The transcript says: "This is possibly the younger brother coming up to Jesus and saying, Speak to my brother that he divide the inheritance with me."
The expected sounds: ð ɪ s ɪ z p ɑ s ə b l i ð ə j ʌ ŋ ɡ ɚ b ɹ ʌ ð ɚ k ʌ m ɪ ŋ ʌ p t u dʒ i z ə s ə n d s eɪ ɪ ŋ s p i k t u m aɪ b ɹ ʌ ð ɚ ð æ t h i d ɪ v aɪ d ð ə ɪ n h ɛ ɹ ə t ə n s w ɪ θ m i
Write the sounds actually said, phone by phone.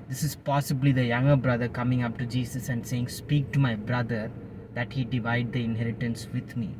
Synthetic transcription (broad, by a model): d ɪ s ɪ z p ɑ s ə b l i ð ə j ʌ ŋ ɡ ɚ b ɹ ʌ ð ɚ k ʌ m ɪ ŋ ʌ p t u dʒ i s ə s ə n d s eɪ ɪ ŋ s p i k t u m aɪ b ɹ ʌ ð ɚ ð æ t h i d ɪ v aɪ d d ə ɪ n h ɛ ɹ ə t ə n s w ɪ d m i